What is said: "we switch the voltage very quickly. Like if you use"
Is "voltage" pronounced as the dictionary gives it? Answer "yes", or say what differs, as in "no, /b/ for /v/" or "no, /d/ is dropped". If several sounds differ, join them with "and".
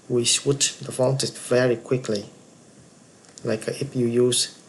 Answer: no, /n/ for /l/